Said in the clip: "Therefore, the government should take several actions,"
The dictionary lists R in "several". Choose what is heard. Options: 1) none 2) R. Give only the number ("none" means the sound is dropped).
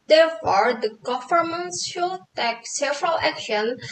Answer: 2